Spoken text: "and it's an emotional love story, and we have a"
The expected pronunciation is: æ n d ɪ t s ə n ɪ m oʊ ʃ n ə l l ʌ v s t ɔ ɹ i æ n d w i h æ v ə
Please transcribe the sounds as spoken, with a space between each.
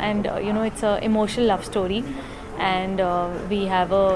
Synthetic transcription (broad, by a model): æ n d ɪ t s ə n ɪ m oʊ ʃ ə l l ʌ v s t ɔ ɹ i æ n d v i h æ v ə